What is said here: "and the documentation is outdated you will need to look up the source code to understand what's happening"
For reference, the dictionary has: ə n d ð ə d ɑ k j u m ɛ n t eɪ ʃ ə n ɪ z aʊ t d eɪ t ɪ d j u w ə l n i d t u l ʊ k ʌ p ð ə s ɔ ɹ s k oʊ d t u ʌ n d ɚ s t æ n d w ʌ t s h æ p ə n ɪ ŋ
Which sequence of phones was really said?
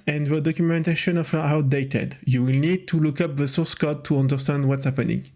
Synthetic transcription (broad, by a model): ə n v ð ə d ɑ k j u m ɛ n t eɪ ʃ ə n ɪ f aʊ t d eɪ t ɪ d j u w ə l n i d t u l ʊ k ʌ p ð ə s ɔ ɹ s k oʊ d t u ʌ n d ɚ s t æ n d w ʌ t s h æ p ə n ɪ ŋ